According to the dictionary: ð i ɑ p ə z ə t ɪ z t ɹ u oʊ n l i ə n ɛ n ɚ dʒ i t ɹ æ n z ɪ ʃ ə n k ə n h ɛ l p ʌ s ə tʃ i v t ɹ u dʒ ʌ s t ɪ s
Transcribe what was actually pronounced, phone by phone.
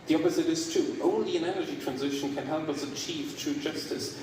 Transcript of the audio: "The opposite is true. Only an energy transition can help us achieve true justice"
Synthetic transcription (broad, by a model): ð i ɑ p ə z ə t ɪ z t ɹ u oʊ n l i ə n ɛ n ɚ dʒ i t ɹ æ n z ɪ ʃ ə n k ə n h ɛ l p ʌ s ə tʃ i v t ɹ u dʒ ʌ s t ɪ s